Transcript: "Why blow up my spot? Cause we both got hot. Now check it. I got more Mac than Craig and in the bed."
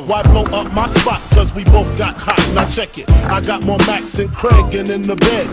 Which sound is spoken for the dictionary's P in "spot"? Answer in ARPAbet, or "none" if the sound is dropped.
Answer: P